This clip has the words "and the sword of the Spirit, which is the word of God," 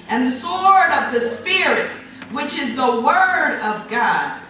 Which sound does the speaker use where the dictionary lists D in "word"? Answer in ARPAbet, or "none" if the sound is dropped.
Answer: D